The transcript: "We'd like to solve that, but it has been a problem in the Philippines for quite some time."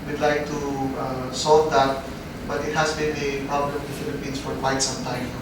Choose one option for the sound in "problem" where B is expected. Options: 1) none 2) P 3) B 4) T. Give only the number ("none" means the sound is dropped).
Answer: 1